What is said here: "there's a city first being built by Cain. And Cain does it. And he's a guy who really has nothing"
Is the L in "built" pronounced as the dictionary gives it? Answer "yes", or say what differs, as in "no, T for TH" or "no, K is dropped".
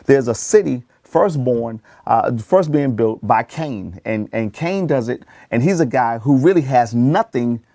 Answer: yes